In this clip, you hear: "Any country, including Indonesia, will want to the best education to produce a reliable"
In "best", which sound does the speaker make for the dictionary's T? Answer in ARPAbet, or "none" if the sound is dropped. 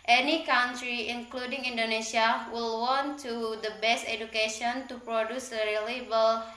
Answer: T